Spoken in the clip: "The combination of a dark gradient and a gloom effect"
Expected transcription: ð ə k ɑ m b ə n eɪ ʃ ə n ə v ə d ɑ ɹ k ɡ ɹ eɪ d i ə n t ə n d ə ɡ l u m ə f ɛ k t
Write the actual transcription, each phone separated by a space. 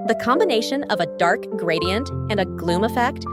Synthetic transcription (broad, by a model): ð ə k ɑ m b ə n eɪ ʃ ə n ə v ə d ɑ ɹ k ɡ ɹ eɪ d i ə n t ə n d ə ɡ l u m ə f ɛ k t